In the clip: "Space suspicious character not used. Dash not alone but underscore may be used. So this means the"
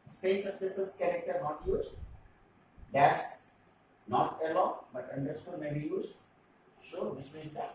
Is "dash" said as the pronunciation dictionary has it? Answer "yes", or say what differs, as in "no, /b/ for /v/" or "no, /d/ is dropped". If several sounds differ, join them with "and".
no, /s/ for /ʃ/